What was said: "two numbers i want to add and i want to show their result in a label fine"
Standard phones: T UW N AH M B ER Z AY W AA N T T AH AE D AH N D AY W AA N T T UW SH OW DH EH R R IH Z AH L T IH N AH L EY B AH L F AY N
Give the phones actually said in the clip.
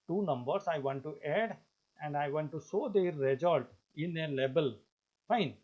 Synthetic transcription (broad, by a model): T UW N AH M B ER S AY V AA N T T AH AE D AH N D AY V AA N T T UW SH OW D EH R R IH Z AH L T IH N AH L EY B AH L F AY N